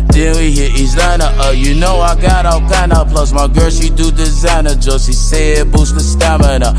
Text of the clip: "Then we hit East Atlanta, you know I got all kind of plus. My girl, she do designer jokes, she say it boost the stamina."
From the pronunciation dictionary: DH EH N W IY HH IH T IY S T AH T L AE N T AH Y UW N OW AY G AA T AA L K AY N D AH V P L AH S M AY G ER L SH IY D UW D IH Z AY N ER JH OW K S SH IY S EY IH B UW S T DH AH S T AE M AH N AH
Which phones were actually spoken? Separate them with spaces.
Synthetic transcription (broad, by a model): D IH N W IY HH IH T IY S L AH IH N T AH Y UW N OW AY G AA T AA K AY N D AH P L AH S M AY G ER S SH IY D UW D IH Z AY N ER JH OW S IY S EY IH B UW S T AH S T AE M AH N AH